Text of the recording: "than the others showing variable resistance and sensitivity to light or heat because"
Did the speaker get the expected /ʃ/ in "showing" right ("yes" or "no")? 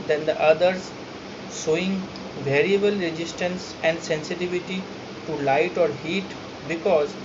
no